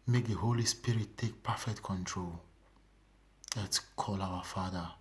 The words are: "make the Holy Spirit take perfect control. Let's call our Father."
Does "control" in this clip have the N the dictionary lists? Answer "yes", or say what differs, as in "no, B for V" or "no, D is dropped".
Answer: yes